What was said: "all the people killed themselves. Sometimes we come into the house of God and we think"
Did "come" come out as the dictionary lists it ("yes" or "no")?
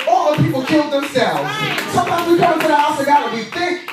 no